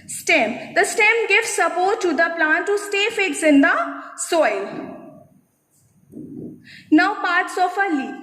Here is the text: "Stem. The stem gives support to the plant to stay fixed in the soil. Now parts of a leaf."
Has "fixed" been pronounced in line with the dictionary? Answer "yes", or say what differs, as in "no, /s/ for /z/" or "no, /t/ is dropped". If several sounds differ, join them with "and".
no, /t/ is dropped